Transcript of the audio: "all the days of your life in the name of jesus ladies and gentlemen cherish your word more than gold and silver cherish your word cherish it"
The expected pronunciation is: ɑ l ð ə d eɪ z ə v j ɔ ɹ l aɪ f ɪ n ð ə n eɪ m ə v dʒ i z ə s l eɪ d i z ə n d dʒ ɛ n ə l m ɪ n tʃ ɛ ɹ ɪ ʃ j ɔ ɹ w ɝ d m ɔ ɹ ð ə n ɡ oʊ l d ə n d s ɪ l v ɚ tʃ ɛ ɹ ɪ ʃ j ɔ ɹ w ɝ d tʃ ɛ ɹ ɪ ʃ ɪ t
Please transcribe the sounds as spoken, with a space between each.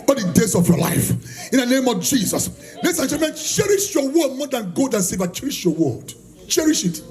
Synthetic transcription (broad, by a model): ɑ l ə d eɪ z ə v j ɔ l aɪ f ɪ n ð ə n eɪ m ə v dʒ i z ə s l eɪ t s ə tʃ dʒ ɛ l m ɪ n tʃ ɛ ɹ ɪ ʃ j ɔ w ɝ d m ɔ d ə n ɡ oʊ d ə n s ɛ v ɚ tʃ ɛ ɹ ɪ ʃ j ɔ w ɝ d tʃ ɛ ɹ ɪ ʃ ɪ t